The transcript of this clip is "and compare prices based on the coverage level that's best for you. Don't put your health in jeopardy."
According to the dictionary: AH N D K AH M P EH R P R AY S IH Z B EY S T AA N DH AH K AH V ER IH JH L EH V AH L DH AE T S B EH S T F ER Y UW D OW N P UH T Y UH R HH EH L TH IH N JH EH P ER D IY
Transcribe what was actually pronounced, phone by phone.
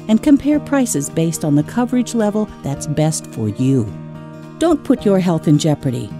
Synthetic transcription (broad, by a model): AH N K AH M P EH R P R AY S IH Z B EY S T N DH AH K AH V ER IH JH L EH V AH L DH AE T S B EH S T F ER Y UW D OW N P UH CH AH R HH EH L TH IH N JH EH P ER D IY